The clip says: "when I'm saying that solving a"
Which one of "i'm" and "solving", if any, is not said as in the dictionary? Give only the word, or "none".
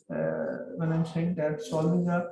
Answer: solving